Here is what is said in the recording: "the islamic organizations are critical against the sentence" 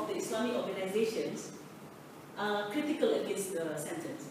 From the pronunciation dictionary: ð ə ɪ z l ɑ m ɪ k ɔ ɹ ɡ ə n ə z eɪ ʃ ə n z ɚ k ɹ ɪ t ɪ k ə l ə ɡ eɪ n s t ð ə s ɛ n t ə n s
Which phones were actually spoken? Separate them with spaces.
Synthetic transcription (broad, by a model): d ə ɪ s l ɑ m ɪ k ɔ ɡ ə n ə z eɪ ʃ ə n s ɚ k ɹ ɪ t ɪ k ə l ə ɡ eɪ n s t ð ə s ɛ n t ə n s